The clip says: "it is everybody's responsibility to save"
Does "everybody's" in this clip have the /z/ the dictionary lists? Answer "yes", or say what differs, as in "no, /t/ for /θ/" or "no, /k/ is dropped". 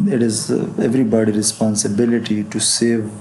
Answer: no, /z/ is dropped